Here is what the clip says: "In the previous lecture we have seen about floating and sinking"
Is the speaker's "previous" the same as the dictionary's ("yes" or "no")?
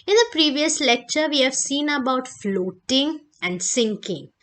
yes